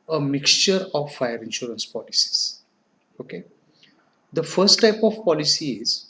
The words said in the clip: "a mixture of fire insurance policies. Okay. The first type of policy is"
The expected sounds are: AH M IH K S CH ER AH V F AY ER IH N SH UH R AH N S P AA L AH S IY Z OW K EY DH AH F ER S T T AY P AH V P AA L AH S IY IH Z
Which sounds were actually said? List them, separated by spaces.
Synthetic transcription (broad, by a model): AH M IH K S CH ER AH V F AY ER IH N SH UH R AH N S P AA L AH S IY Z OW K EY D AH F ER S T T AY P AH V P AA L AH S IY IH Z